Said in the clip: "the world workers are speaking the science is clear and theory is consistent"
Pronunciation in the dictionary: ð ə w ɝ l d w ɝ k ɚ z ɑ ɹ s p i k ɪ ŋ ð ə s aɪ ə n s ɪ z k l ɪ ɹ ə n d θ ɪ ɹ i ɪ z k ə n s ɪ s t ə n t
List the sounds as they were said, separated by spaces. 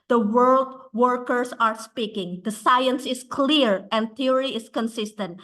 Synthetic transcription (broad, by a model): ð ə w ɝ l d w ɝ k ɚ s ɑ ɹ s p i k ɪ ŋ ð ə s aɪ ə n s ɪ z k l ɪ ɹ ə n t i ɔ ɹ i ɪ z k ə n s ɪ s t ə n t